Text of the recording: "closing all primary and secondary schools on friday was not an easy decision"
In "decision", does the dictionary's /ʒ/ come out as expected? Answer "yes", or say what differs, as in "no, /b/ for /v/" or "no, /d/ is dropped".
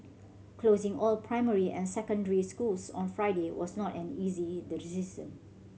no, /s/ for /ʒ/